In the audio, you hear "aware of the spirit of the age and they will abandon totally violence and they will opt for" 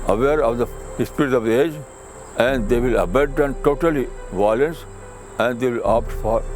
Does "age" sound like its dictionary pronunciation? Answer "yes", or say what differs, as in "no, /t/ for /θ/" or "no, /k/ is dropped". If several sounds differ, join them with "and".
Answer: yes